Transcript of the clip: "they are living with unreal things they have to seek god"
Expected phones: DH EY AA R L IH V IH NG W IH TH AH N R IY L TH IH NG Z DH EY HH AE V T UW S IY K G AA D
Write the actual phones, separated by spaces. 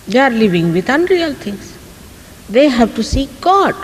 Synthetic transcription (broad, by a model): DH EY AA R L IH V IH NG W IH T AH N R IY L T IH NG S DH EY HH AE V T UW S IY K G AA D